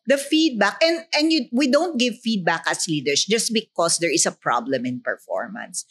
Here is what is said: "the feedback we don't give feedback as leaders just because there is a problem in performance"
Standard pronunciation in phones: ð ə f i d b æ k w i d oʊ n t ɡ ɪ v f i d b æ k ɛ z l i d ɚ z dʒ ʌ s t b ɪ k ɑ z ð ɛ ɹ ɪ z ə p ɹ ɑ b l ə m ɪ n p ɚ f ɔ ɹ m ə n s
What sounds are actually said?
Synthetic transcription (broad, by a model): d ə f i d b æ k w i d oʊ n t ɡ ɪ v f i d b æ k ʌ s l i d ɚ s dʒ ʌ s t b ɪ k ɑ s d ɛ ɹ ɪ s ə p ɹ ɑ b l ə m ɪ n p ɚ f ɔ ɹ m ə n s